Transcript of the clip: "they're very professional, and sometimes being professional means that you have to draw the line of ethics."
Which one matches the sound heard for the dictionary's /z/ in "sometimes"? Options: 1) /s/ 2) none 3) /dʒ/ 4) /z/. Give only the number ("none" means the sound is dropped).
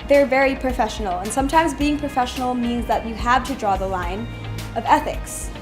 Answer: 4